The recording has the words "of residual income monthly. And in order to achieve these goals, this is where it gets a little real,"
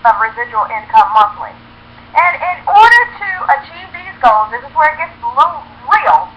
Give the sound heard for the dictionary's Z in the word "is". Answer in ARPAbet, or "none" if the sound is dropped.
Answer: Z